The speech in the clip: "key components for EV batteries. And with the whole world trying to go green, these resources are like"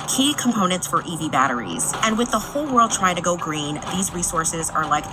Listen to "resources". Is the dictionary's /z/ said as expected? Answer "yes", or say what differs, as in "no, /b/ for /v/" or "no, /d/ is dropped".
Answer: yes